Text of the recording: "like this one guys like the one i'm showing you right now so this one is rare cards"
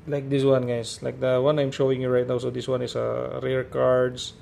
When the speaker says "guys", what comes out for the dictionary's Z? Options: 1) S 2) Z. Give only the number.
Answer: 1